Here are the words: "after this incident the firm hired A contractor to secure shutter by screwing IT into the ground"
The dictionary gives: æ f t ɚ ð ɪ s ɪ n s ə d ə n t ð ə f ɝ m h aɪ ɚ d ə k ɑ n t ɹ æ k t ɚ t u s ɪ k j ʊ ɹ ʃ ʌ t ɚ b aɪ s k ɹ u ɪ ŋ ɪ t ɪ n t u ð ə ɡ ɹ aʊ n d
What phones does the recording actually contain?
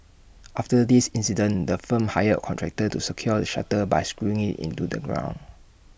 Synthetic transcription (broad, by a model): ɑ f t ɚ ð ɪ s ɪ n s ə d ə n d ə f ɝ m h aɪ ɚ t k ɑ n t ɹ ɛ k t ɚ t u s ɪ k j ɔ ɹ ʃ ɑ t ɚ b aɪ s k ɹ u ɪ ŋ ɪ t ɪ n t u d ə ɡ ɹ aʊ n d